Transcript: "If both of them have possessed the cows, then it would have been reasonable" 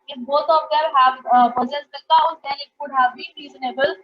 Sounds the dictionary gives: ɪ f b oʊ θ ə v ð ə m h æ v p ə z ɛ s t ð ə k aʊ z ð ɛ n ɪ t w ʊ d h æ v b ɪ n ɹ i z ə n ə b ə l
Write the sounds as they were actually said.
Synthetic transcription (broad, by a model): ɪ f b oʊ t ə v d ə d h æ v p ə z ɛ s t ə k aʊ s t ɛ l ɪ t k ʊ d h æ v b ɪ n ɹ i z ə n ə b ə l